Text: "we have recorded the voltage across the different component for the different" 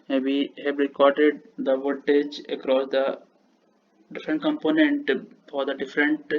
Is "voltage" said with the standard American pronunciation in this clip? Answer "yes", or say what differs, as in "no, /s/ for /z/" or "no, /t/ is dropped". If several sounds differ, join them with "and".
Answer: no, /l/ is dropped